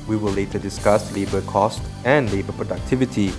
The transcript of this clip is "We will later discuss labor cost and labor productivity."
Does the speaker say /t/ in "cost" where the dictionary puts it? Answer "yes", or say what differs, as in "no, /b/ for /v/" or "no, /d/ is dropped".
yes